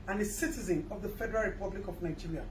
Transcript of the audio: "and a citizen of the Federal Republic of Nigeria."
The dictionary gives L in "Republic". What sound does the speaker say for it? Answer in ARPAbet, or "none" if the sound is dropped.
L